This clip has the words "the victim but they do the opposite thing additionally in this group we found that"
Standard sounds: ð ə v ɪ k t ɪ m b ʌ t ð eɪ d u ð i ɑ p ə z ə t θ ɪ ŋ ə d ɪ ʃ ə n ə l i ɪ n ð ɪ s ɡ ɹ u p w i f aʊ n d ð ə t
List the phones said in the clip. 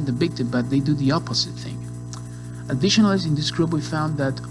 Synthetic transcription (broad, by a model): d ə b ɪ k t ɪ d b ʌ t ð eɪ d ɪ ð i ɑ p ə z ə t θ ɪ ŋ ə d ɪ ʃ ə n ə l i ɪ n ð ɪ s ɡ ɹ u b w i f aʊ n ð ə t